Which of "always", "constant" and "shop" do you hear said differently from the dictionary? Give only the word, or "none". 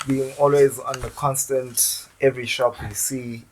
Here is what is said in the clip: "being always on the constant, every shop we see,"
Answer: none